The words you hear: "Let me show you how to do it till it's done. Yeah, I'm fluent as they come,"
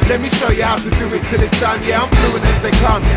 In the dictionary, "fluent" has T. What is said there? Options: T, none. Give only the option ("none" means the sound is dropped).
none